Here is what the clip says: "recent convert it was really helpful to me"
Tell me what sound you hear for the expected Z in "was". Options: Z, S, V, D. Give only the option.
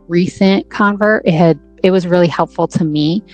Z